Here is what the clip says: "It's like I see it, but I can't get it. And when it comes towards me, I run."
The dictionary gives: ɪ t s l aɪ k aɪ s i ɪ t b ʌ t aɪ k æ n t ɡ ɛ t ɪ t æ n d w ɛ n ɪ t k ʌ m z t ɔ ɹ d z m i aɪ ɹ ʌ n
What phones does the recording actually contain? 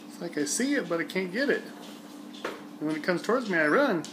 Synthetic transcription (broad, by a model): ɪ t s l aɪ k aɪ s i ɪ t b ʌ t aɪ k æ n ɡ ɛ t ɪ t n w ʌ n ɪ t k ʌ m z t ɔ ɹ d z m i aɪ ɹ ʌ n